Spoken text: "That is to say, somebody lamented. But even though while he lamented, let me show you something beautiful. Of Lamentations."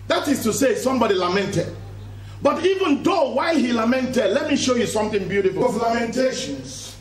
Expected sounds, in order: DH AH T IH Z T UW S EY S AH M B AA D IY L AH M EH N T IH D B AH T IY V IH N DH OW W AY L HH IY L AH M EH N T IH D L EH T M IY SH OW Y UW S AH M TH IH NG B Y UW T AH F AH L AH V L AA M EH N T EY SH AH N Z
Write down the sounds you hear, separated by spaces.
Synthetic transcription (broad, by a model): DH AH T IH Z T UW S EY S AH M B AA D IY L AH M EH N T IH D B AH T IY V IH N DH OW W AY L HH IY L AH M EH N T IH D L EH T M IY SH OW Y UW S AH M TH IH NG B Y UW T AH F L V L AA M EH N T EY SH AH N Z